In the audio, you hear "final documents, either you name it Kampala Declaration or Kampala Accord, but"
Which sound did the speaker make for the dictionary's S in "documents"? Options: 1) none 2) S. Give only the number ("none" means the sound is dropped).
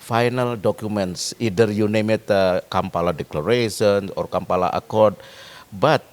2